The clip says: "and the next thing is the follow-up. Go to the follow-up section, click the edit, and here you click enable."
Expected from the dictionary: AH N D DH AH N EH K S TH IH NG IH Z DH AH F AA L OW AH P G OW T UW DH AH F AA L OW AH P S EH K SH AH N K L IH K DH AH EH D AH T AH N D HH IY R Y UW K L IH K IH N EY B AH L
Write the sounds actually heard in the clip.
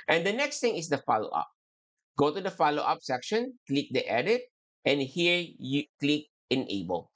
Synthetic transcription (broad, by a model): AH N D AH N EH K S T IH NG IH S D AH F AA L OW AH P G OW T UW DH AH F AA L OW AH P S EH K SH AH N K L IH K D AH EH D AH T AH N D HH IY R Y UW K L IH K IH N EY B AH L